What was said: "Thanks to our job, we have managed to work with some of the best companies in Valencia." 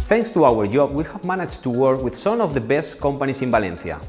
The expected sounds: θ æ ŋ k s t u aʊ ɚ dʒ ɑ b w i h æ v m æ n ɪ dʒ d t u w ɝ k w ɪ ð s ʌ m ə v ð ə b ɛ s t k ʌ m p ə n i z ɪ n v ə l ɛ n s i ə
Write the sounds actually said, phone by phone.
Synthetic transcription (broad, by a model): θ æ ŋ k s t u aʊ ɚ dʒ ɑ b w i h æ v m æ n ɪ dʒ t u w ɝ k w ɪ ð s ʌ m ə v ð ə b ɛ s t k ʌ m p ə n i s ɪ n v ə l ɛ n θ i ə